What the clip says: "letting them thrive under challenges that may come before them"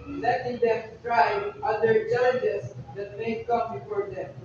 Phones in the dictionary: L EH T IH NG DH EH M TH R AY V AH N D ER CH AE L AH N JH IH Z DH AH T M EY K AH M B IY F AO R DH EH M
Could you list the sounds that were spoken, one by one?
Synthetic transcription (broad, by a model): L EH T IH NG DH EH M T R AY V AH D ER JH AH JH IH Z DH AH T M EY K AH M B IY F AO R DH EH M